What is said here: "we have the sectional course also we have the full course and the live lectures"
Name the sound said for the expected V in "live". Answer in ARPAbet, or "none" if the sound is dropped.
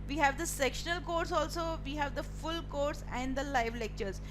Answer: V